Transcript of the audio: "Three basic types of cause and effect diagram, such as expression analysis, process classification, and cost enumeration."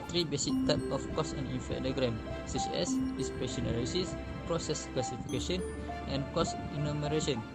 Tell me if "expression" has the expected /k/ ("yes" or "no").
no